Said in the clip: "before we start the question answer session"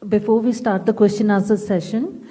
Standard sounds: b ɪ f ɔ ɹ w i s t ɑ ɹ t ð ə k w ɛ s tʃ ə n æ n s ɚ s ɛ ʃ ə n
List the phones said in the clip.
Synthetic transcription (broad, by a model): b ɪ f ɔ ɹ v i s t ɑ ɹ t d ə k w ɛ s tʃ ə n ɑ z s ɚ s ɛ ʃ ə n